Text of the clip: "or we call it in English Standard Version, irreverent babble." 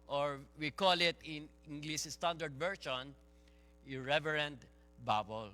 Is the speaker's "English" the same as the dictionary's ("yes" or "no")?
no